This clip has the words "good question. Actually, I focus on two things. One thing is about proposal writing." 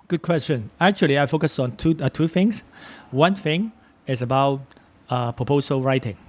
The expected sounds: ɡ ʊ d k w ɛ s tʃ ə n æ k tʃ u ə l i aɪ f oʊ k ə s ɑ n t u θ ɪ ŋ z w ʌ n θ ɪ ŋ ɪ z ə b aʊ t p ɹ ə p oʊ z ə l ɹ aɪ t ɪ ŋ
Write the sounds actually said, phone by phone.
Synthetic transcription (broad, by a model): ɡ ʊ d k w ɛ s tʃ ə n æ k tʃ u ə l i aɪ f oʊ k ə s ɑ n t u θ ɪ ŋ s w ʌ n θ ɪ ŋ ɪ s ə b aʊ t p ɹ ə p oʊ s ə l ɹ aɪ t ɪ ŋ